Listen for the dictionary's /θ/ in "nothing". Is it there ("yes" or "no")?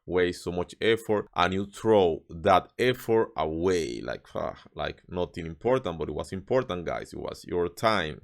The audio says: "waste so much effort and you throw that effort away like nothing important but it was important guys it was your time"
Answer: no